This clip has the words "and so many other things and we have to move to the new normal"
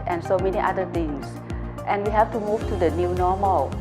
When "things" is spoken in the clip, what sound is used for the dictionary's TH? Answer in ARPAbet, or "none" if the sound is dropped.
T